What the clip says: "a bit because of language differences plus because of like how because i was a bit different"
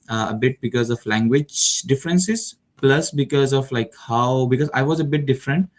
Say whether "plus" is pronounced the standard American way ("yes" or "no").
yes